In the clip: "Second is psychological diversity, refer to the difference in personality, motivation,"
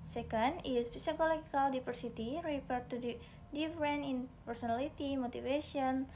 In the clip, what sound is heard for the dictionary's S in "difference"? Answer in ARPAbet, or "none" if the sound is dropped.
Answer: none